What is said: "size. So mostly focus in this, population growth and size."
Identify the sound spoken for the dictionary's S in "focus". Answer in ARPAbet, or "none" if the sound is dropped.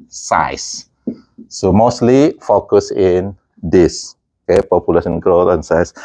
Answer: S